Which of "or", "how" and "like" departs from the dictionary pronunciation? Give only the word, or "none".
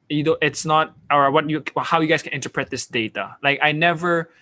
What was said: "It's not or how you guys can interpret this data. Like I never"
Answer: or